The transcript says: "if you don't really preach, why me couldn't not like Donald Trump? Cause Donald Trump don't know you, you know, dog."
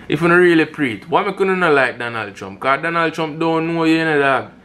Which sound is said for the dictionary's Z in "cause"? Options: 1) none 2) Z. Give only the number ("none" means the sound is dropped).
1